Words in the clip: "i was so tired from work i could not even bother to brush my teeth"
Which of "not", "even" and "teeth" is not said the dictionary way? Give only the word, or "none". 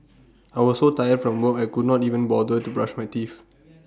teeth